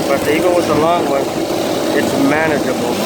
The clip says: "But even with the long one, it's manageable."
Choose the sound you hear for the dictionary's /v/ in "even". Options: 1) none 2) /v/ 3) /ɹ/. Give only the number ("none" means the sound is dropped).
1